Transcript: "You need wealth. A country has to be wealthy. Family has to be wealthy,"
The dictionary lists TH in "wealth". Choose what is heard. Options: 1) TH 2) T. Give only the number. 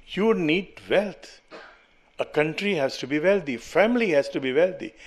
2